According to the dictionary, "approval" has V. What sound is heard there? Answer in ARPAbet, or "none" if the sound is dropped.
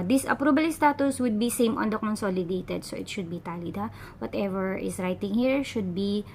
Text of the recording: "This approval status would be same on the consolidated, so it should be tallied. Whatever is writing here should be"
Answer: B